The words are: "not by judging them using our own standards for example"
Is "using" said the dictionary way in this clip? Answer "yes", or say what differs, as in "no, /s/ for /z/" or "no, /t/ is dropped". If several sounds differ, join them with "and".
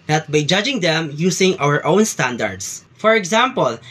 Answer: no, /s/ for /z/